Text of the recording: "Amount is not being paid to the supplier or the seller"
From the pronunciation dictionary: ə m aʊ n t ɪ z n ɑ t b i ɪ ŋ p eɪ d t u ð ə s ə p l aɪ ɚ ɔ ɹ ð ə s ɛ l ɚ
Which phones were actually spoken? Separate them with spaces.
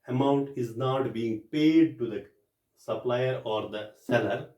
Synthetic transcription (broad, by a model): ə m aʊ n t ɪ z n ɑ t b i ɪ ŋ p eɪ d t u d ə s ə p l aɪ ɚ ɔ ɹ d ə s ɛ l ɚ